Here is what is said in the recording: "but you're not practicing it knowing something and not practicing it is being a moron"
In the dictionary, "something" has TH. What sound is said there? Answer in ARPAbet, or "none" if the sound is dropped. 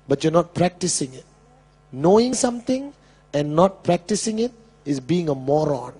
T